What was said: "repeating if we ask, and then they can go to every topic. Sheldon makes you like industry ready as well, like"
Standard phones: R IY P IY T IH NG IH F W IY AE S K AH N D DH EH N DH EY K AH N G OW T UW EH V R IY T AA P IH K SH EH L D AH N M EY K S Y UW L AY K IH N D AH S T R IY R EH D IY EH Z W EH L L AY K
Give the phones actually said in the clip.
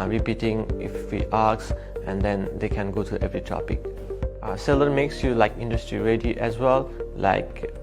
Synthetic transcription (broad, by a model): R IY P IY T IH NG IH F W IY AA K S AH N D EH N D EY K AH N G OW T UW EH V R IY T AA P IH K S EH L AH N M EY K S Y UW L AY K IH N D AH S T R IY R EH D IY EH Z W EH L L AY K